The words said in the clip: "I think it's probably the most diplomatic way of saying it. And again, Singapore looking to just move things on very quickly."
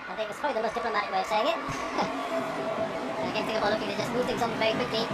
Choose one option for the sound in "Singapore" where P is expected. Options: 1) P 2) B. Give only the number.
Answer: 2